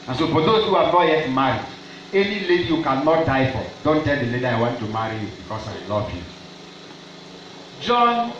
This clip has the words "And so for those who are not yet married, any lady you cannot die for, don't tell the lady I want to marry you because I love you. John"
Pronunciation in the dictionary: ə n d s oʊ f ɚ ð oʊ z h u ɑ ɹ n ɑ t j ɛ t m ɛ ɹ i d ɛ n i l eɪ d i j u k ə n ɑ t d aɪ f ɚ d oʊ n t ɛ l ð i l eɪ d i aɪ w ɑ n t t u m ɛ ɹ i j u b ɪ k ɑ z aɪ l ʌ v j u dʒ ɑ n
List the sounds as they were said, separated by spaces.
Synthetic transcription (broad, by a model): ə n s oʊ f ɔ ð oʊ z h u ɑ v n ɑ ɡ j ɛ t m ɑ ɹ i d ɛ n i l eɪ d i j u k ə n ɑ t d aɪ f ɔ d oʊ n t ɛ l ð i l eɪ d i aɪ w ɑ n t t u m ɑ ɹ i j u b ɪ k ɑ s aɪ l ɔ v j u dʒ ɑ n